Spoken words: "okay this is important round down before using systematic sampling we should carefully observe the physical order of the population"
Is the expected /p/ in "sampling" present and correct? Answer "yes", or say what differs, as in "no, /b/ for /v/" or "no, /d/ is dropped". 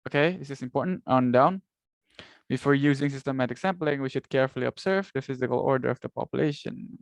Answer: yes